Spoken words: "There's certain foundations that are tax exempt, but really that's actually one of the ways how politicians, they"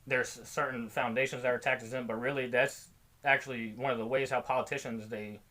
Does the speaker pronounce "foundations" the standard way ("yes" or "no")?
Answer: yes